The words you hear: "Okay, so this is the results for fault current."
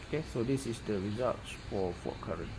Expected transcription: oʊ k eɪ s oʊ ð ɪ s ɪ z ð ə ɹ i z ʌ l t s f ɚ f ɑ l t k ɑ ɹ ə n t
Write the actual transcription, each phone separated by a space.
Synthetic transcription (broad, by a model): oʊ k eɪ s oʊ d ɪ s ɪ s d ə ɹ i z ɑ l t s f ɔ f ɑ t k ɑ ɹ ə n